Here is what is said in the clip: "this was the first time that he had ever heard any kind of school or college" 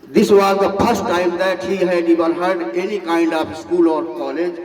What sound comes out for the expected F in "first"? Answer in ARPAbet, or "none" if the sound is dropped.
P